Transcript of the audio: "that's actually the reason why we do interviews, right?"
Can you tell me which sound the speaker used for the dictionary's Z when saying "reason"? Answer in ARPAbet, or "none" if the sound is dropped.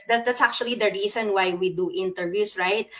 S